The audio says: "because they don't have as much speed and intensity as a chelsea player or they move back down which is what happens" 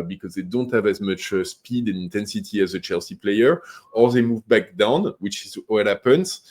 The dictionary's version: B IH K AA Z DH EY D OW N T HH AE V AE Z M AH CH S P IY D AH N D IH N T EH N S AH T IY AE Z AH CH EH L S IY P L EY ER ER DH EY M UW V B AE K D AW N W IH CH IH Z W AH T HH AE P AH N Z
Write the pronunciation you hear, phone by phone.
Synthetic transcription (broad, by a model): B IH K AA Z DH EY D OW N T HH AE V AE Z M AH CH S P IY D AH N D IH N T EH N S AH T IY AE Z AH CH EH L S IY P L EY ER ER DH EY M UW V B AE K D AW N W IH CH IH Z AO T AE P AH N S